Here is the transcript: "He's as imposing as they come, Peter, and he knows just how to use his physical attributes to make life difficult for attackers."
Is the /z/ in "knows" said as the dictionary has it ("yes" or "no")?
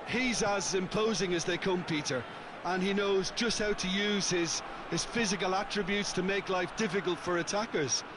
yes